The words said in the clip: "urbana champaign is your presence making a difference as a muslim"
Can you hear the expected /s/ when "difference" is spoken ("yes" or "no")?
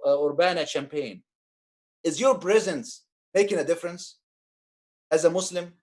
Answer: yes